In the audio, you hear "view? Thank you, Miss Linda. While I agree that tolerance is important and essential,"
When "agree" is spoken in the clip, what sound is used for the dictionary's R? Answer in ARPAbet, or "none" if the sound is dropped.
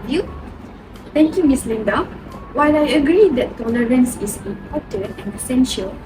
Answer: R